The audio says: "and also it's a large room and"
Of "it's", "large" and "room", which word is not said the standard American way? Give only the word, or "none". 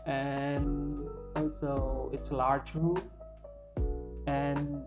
room